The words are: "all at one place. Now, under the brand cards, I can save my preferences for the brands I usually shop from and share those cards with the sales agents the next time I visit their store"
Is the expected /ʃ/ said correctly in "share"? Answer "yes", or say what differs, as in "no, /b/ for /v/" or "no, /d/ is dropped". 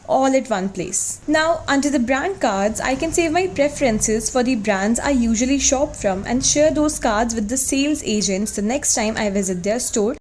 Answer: yes